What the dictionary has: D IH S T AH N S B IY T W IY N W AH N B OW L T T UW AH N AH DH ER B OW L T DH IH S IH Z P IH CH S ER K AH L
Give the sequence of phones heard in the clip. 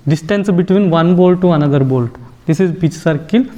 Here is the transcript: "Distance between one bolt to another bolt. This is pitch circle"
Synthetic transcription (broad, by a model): D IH S T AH N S B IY T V IY N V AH N B OW L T T UW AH N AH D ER B OW L T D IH S IH Z B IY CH S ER K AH L